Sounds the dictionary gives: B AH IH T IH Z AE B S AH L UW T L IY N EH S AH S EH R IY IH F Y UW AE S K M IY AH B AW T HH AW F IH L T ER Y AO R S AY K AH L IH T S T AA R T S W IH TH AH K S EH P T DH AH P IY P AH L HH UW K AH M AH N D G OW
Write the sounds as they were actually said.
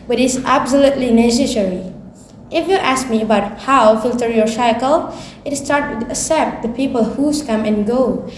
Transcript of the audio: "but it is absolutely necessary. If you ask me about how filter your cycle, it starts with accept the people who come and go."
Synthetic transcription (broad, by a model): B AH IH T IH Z AE B S AH L UW T L IY N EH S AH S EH R IY IH F Y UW AE S K M IY AH B AW T HH AW F IH L T ER Y AO R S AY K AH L IH T S T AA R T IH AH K S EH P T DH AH P IY P AH L HH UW K AH M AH N G OW